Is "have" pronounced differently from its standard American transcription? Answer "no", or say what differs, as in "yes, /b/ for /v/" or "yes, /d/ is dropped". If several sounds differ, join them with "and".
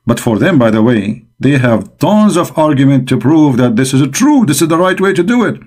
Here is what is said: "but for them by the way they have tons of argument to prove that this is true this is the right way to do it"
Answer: no